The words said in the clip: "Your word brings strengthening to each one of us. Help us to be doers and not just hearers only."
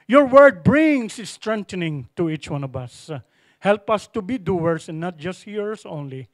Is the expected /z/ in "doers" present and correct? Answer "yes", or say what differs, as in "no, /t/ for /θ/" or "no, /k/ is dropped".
no, /s/ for /z/